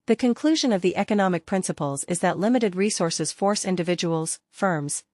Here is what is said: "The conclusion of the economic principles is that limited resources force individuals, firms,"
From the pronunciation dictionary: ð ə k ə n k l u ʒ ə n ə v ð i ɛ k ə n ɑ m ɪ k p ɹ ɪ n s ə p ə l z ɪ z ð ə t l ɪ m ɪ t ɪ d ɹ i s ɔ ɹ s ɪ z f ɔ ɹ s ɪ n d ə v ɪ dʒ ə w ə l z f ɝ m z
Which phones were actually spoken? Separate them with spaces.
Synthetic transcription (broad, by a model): ð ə k ə n k l u ʒ ə n ə v ð i ɛ k ə n ɑ m ɪ k p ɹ ɪ n s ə p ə l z ɪ z ð ə t l ɪ m ɪ t ɪ d ɹ i s ɔ ɹ s ɪ z f ɔ ɹ s ɪ n d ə v ɪ dʒ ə w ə l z f ɝ m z